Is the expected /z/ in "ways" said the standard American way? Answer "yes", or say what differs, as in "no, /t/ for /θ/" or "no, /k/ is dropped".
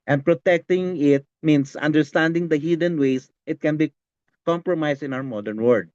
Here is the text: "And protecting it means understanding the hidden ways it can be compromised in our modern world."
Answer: no, /s/ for /z/